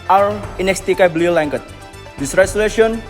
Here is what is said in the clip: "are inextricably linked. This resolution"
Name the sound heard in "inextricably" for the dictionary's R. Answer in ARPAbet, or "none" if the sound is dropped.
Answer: none